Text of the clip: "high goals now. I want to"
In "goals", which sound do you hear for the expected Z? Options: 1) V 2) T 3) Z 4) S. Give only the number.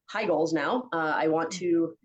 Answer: 3